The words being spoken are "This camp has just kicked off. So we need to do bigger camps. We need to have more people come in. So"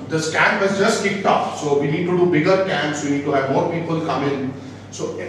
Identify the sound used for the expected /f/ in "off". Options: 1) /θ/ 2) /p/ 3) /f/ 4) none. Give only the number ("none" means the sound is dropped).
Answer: 2